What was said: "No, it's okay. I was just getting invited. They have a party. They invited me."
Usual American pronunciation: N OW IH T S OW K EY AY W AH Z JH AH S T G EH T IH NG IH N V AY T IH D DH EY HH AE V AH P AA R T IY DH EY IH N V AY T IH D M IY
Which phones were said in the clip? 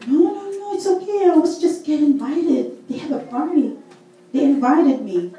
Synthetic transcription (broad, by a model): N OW IH T S OW K EY AY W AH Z JH AH S T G EH T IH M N V AY T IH D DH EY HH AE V AH F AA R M IY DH EY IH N V AY T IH D M IY